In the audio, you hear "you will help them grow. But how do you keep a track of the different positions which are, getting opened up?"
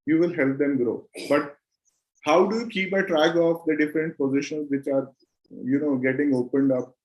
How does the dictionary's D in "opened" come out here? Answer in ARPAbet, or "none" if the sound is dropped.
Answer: D